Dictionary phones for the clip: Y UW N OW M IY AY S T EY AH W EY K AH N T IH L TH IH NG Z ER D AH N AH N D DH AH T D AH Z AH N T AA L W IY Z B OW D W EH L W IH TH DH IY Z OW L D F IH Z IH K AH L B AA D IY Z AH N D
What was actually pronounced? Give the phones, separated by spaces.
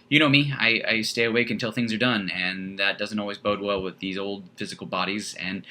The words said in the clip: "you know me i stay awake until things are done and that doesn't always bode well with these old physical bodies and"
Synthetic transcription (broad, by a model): Y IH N OW M IY AY S T EY AH W EY K AH N T IH L TH IH NG Z ER D AH N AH N DH AH T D AH Z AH N T AA L W IY Z B OW D W EH L W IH DH IY Z OW L D F IH Z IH K L B AA D IY Z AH N